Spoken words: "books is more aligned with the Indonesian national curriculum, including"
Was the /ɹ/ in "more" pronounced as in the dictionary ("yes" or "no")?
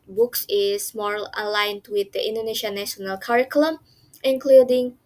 no